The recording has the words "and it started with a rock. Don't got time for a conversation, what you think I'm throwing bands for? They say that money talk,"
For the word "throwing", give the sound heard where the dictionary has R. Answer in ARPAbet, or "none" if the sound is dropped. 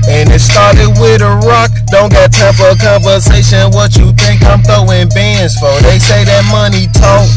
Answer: none